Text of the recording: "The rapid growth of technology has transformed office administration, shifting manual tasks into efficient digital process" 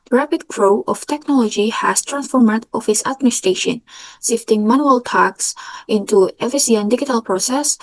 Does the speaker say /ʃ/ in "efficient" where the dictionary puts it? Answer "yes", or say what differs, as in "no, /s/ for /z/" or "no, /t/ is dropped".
no, /s/ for /ʃ/